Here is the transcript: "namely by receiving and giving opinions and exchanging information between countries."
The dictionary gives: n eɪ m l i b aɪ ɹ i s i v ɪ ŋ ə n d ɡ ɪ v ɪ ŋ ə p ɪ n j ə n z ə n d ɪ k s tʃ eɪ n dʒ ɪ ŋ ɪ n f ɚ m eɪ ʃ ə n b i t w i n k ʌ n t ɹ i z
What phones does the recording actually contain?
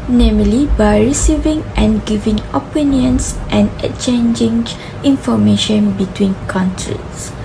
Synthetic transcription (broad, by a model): n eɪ m l i b aɪ ɹ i s i v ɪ ŋ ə n ɡ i v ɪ ŋ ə p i n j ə n s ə n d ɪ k tʃ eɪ n dʒ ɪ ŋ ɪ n f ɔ m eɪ ʃ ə n b i t w i n k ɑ n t ɹ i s